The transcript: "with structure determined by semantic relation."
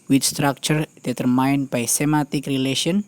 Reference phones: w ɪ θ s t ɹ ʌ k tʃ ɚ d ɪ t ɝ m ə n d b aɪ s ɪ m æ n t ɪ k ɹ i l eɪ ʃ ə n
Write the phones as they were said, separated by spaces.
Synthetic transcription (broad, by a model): w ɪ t s t ɹ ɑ k tʃ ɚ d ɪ t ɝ m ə n b aɪ s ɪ m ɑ t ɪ k ɹ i l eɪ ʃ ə n